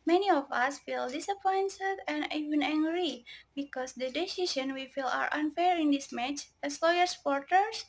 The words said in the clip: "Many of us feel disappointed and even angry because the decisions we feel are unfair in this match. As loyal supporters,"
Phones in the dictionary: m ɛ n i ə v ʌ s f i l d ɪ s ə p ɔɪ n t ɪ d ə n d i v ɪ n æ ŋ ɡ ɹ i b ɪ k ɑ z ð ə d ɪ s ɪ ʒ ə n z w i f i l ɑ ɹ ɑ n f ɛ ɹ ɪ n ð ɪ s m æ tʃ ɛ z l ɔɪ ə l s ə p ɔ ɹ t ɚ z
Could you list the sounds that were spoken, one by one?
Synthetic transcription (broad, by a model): m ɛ n i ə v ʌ s f i l d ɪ s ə p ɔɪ n s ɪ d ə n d i v ɪ n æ ŋ ɡ ɹ i b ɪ k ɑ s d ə d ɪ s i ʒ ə n w i f i l ɑ ɹ ɑ n f ɛ ɹ ɪ n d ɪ s m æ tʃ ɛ s l ɔɪ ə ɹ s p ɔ ɹ t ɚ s